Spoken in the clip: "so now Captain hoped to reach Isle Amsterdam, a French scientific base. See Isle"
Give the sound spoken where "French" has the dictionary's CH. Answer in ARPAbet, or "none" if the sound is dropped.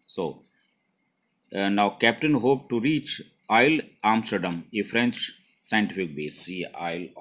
CH